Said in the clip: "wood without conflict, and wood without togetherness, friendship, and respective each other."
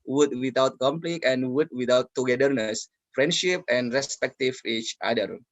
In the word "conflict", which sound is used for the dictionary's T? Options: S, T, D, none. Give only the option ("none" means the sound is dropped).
none